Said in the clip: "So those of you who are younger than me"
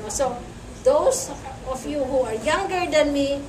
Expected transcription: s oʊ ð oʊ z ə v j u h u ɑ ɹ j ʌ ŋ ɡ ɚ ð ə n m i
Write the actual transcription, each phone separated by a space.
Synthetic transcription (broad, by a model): s oʊ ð oʊ s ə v j u h u ɑ ɹ j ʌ ŋ ɡ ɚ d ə n m i